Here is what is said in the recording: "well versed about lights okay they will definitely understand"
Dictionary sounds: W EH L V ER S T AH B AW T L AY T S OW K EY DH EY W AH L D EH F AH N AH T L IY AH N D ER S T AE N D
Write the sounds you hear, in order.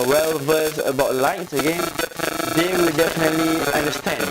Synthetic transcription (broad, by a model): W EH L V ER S AH B AW T L AY T S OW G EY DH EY W AH L D EH F AH N AH T L IY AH N D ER S T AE N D